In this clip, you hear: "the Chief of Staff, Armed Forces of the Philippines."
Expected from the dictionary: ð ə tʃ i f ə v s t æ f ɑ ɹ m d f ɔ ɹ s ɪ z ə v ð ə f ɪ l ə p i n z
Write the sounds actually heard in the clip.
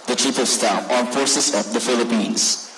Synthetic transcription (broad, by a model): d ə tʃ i p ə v s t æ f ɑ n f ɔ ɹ s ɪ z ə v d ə f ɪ l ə p i n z